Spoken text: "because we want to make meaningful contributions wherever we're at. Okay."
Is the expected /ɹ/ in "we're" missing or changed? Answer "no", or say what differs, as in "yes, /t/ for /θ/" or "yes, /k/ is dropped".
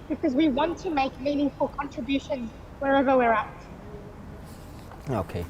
no